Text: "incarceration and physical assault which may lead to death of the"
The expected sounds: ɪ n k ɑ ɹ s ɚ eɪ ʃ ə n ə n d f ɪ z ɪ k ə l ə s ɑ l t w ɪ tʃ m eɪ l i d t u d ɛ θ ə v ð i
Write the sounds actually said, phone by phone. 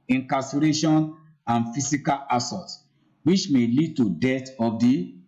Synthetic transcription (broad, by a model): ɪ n k ɑ s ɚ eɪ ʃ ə n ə n f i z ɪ k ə l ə s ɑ t w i tʃ m eɪ l i d t u d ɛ t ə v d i